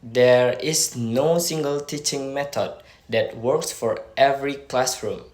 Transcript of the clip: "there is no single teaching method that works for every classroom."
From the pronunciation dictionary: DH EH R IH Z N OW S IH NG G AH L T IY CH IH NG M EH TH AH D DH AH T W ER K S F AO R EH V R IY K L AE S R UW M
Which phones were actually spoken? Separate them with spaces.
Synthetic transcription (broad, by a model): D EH R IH S N OW S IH NG G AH L T IY CH IH NG M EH T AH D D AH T W ER K S F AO R EH V R IY K L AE S R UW M